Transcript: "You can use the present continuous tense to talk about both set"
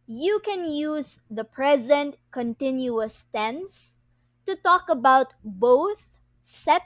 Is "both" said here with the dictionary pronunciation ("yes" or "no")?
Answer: yes